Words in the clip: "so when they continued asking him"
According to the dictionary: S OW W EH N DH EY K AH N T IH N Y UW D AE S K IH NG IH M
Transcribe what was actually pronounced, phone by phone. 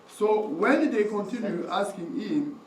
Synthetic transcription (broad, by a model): S OW W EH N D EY K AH N T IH N Y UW AE S K IH NG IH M